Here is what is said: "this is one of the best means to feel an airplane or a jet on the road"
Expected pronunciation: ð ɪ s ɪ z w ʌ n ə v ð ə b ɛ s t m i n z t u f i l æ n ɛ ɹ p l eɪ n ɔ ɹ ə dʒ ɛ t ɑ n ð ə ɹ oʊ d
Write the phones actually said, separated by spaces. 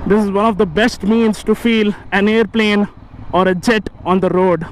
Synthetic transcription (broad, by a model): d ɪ s ɪ z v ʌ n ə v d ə b ɛ s t m i n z t u f i l æ n ɛ ɹ p l eɪ n ɔ ɹ ə dʒ ɛ t ɑ n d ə ɹ oʊ d